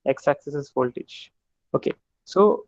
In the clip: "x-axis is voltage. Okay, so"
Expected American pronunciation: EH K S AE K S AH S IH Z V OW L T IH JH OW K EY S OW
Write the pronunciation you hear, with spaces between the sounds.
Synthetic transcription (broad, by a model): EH K S AE K S AH S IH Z F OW L T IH CH OW K EY S OW